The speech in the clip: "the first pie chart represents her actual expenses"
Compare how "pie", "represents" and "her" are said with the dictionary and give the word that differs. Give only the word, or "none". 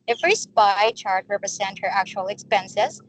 represents